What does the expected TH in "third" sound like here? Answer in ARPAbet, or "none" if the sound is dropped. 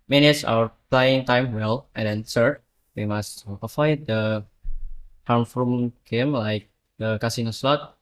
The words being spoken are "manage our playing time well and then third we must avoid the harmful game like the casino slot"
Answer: S